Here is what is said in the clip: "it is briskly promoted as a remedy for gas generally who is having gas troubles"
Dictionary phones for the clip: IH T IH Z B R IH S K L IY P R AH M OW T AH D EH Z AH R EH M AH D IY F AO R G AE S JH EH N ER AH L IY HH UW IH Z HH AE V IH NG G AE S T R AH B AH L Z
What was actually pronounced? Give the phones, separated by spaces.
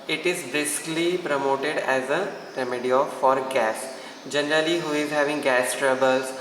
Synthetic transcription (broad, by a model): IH T IH Z B R IH S K L IY P R AH M OW T AH D EH Z AH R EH M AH D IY F AO R G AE S JH EH N ER AH L IY HH UW IH Z HH AE V IH NG G AE S T R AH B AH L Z